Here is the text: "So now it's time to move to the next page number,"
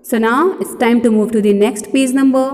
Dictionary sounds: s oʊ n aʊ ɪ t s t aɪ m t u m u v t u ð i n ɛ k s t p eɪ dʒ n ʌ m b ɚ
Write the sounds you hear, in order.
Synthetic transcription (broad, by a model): s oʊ n aʊ ɪ t s t aɪ m t u m u v t u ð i n ɛ k s t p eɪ z n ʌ m b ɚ